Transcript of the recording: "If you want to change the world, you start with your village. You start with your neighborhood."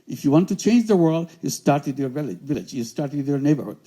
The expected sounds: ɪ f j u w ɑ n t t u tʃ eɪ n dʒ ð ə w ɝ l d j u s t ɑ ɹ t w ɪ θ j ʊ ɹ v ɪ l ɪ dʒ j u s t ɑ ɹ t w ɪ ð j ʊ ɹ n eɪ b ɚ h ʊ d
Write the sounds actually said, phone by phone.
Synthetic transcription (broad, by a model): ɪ f j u w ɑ n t t u tʃ eɪ n dʒ ð ə w ɝ l d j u s t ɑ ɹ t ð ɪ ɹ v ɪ l v ɪ l ɪ dʒ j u s t ɑ ɹ t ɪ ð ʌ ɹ n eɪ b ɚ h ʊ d